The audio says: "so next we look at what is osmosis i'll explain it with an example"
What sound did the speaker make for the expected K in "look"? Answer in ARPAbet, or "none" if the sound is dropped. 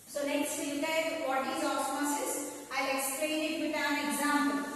none